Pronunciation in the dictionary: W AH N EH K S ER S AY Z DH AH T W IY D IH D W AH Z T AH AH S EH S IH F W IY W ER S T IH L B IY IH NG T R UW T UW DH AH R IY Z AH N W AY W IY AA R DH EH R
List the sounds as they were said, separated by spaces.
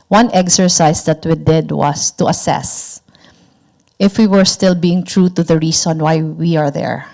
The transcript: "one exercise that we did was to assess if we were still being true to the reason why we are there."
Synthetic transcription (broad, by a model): W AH N EH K S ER S AY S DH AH T W IY D IH D W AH S T AH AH S EH S IH F W IY W ER S T IH L B IY IH NG T R UW T UW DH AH R IY S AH N W AY W IY AA R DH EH R